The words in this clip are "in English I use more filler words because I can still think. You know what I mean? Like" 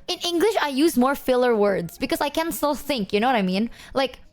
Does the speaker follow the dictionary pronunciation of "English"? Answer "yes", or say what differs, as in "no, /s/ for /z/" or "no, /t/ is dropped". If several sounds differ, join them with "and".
yes